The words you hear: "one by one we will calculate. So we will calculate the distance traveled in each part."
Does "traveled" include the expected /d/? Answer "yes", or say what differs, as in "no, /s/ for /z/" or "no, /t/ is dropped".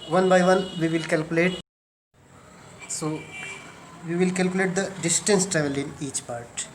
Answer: no, /d/ is dropped